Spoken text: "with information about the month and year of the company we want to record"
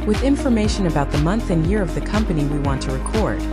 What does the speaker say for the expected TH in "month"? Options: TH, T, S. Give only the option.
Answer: TH